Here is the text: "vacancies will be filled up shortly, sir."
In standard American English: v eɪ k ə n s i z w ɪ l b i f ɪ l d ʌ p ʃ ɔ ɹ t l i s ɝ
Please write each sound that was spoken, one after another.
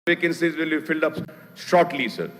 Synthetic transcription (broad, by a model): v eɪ k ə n s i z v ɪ l b i f ɪ l d ʌ p s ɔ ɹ t l i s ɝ